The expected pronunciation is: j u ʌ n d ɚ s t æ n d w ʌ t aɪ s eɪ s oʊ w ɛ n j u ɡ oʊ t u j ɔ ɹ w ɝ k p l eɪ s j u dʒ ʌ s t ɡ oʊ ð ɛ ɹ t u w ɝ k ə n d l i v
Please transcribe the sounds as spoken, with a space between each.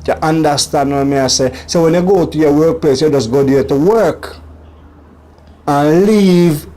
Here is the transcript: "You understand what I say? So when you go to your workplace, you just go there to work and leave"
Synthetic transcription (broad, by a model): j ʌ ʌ n d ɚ s t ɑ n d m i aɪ s eɪ s oʊ w ɛ n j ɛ ɡ oʊ t u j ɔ w ɝ k p l eɪ s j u dʒ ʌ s ɡ oʊ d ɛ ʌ t u w ɝ k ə n l i v